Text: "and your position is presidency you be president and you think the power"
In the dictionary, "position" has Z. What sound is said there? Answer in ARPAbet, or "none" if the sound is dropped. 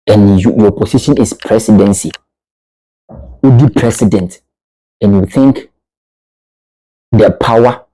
S